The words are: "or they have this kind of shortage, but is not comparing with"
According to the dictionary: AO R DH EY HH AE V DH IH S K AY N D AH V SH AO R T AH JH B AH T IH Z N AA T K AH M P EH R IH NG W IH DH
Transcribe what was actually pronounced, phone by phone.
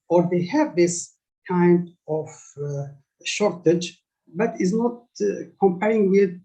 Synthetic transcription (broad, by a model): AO R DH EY HH AE V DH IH S K AY N D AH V SH AO R T AH JH B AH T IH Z N AA T K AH M P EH R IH NG W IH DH